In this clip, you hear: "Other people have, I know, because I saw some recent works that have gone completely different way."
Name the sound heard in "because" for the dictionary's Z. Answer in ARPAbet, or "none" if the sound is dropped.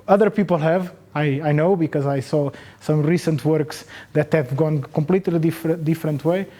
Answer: Z